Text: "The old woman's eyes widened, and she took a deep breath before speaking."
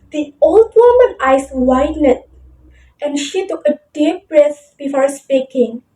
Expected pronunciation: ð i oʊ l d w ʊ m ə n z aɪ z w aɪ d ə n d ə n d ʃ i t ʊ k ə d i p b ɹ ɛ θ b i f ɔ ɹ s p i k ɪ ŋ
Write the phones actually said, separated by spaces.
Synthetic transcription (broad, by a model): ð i oʊ l d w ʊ m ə n aɪ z w aɪ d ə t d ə n ʃ i t ʊ k ə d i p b ɹ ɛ s b i f ɔ ɹ s p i k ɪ ŋ